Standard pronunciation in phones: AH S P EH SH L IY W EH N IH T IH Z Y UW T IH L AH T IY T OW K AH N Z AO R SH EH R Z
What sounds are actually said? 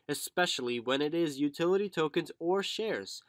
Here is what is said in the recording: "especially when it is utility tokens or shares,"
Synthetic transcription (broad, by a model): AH S P EH SH L IY W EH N IH T IH Z Y UW T IH L AH T IY T OW K AH N Z AO R SH EH R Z